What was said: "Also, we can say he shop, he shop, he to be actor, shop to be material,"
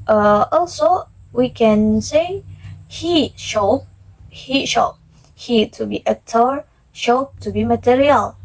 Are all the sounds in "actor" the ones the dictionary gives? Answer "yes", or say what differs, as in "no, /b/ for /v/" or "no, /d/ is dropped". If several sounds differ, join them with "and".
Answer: no, /k/ is dropped